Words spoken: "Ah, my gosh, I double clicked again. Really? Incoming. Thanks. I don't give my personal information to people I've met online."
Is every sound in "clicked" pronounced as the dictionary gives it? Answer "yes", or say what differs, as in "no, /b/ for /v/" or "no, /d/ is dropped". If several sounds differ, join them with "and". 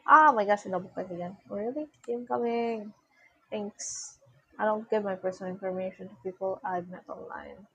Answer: no, /l/ is dropped